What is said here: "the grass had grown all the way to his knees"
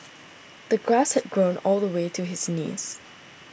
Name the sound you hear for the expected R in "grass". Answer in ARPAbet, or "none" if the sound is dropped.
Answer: R